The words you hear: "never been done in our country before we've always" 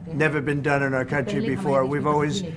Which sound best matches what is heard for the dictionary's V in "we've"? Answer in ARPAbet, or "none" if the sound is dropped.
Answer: V